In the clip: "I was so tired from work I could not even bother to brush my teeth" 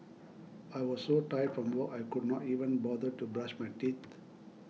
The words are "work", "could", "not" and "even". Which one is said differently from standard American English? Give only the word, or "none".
work